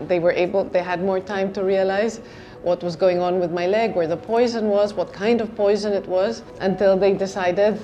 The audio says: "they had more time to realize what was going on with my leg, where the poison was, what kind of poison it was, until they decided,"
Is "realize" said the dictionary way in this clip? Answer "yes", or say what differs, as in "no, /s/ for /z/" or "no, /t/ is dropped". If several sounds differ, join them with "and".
yes